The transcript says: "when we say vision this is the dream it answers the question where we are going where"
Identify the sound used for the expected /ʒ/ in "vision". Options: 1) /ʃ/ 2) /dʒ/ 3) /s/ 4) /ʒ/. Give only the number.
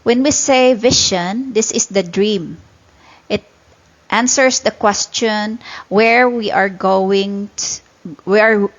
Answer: 1